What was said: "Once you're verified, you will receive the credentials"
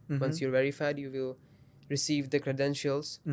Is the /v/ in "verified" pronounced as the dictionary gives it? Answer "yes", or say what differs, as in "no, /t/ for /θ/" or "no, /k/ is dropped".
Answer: yes